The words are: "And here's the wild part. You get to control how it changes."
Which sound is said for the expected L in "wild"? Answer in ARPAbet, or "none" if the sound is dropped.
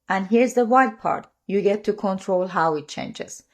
none